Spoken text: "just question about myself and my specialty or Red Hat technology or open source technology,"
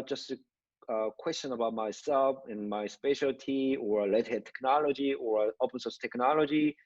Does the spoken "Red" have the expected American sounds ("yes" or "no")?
no